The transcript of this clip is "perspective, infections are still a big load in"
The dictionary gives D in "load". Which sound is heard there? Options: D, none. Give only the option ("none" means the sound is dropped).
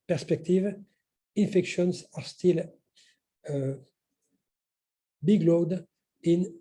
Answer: D